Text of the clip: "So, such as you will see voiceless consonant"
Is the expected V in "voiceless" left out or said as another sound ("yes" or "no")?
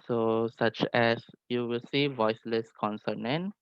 no